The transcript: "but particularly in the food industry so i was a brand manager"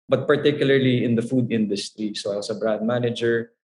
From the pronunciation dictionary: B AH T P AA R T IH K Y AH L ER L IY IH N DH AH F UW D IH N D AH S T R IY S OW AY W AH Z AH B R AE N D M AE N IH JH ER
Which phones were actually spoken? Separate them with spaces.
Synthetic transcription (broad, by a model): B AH T P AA R T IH K Y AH L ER L IY IH N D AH F UW D IH N D AH S T R IY S OW AY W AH S AH B R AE N D M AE N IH JH ER